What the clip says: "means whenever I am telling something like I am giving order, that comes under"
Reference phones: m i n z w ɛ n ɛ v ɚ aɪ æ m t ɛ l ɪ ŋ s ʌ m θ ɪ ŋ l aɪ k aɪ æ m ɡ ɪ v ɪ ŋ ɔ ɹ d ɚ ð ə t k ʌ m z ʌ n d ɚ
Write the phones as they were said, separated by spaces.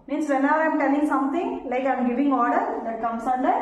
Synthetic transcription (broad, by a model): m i n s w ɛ n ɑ ɪ aɪ m t ɛ l ɪ ŋ s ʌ m t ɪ ŋ l aɪ k aɪ m ɡ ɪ v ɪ ŋ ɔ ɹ d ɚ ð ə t k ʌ m s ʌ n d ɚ